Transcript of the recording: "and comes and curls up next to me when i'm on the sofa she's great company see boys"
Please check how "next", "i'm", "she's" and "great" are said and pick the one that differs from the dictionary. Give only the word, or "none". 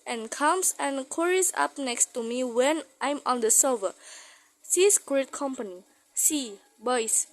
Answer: she's